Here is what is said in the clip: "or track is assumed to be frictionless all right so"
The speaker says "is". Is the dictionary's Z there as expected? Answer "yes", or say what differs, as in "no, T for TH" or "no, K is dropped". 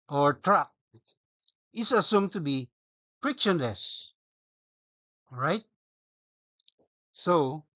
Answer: no, S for Z